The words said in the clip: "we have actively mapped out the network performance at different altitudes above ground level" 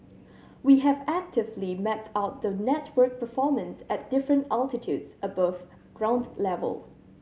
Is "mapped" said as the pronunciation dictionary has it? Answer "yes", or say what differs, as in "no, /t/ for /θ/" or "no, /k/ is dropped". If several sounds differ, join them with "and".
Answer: no, /p/ is dropped